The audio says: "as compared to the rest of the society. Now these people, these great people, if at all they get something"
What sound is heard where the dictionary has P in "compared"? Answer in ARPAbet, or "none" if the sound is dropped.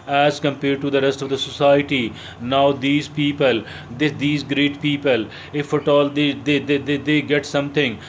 P